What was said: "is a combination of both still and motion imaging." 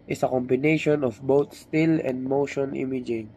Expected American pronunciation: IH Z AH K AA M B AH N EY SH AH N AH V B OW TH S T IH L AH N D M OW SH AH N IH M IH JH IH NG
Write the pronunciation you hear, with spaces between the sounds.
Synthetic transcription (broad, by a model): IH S AH K AA M B AH N EY SH AH N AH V B OW T S T IH L AH N D M OW SH AH N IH M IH JH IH NG